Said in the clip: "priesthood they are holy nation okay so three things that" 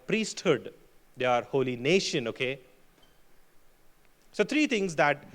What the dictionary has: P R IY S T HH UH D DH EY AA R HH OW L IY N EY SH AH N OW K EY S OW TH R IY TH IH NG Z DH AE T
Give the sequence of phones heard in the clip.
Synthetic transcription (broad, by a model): P R IY S T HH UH D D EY AA R HH OW L IY N EY SH AH N OW K EY S OW T R IY T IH NG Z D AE T